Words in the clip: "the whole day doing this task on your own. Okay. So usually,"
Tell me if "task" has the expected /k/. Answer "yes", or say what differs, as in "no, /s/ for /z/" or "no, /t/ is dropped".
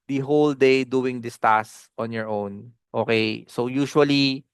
no, /k/ is dropped